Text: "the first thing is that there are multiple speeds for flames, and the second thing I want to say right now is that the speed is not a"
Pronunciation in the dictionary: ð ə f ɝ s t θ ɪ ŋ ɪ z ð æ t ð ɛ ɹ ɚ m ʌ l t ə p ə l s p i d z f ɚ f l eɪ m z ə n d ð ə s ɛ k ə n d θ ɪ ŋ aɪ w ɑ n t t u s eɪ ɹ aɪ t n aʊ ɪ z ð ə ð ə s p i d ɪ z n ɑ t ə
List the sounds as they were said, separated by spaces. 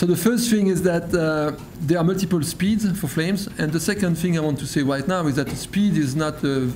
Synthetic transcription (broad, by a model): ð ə f ɝ s t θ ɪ ŋ ɪ z ð æ t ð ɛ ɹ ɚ m ʌ l t ə p ə l s p i d z f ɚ f l eɪ m z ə n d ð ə s ɛ k ə n d θ ɪ ŋ aɪ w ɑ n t t u s eɪ ɹ aɪ t n aʊ ɪ z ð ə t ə s p i d ɪ z n ɑ t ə